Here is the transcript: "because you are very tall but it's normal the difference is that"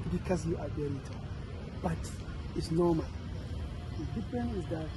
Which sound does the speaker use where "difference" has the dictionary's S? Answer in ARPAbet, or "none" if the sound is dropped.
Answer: none